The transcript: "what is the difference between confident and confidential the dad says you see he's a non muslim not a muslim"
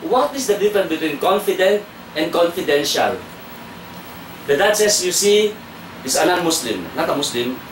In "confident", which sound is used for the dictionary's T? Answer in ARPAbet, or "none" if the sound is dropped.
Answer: T